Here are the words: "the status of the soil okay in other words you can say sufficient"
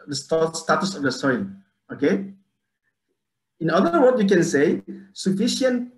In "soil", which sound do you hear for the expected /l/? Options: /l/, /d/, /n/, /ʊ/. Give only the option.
/n/